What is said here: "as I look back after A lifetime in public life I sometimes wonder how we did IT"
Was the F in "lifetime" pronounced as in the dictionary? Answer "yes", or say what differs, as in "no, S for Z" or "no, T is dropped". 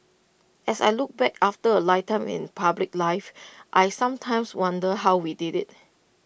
no, F is dropped